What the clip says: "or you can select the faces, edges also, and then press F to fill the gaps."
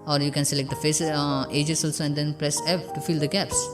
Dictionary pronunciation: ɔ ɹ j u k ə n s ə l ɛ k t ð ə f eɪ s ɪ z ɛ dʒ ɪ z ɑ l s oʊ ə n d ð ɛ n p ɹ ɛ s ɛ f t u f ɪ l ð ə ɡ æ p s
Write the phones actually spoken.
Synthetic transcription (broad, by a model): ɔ ɹ j u k ə n s ə l ɛ k t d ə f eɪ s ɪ dʒ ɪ s ɑ l s oʊ ə n d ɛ n p ɹ ɛ s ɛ p t u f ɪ l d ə ɡ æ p s